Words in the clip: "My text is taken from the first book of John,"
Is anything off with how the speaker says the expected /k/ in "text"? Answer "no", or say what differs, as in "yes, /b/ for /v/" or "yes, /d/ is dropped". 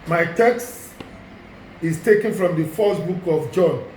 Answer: no